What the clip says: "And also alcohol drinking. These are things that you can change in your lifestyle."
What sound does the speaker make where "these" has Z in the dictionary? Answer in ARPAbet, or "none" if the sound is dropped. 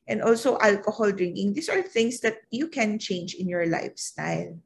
S